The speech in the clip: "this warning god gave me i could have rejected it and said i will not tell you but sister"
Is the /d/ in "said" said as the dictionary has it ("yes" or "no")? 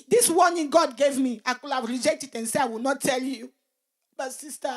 no